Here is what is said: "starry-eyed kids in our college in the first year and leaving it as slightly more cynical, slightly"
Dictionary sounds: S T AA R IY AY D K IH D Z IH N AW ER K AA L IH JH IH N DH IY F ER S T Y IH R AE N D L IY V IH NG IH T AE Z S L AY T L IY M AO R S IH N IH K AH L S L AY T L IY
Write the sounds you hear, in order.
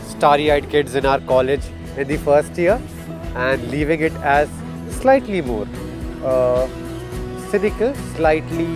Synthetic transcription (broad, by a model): S T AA R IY AY D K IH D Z IH N AW ER K AA L IH JH IH N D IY F ER S T Y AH R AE N D L IY V IH NG IH T AE Z S L AY T L IY M AO R S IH N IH K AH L S L AY T L IY